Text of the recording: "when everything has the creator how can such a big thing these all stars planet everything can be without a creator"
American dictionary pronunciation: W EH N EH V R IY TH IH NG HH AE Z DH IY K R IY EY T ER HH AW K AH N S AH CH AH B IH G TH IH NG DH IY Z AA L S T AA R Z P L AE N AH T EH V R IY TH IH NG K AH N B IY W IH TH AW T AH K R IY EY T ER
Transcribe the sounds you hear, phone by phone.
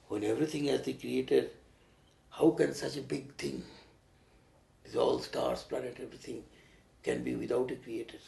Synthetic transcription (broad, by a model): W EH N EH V R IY T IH NG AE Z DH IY K R IY EY T ER HH AW K AH N S AH CH AH B IH G T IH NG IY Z AA L S T AA R S P L AE N AH T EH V R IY T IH NG K AH N B IY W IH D AW T AH K R IY EY T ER